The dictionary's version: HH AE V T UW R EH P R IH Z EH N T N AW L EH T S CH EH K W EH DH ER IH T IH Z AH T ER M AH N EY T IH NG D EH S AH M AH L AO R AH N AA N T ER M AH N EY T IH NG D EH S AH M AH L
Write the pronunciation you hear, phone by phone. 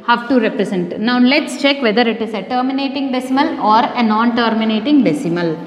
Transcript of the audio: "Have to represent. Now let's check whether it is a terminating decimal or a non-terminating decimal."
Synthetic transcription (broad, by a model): HH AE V T UW R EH P R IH S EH N T N AW L EH T S CH EH K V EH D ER IH T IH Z AH T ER M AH N EY T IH NG D EH S AH M AH L AO R AH N AA N T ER M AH N EY T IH NG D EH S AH M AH L